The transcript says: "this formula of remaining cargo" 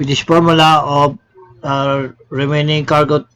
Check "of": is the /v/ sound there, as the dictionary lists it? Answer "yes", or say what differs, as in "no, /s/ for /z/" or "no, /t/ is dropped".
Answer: no, /b/ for /v/